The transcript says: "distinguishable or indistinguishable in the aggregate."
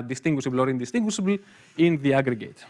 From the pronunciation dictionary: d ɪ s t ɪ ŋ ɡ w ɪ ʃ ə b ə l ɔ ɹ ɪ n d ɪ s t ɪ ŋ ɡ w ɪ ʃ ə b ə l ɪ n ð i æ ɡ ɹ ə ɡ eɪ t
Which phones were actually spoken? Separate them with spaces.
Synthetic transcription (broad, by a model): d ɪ s t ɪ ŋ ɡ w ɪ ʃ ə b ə l ɔ ɹ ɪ n d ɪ s t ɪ ŋ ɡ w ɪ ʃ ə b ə l ɪ n ð i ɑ ɡ ɹ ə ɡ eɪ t